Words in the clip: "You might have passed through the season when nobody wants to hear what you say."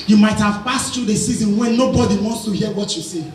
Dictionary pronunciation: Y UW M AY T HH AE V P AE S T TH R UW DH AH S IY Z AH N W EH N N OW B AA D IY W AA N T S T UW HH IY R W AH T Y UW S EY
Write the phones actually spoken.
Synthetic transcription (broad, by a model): Y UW M AY T HH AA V P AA S T T R UW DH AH S IY Z AH N W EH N N OW B AA D IY W AA N T S T UW HH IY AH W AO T Y UW S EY